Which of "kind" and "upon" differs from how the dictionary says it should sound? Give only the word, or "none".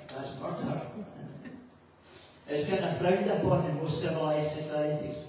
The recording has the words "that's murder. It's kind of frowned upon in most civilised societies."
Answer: kind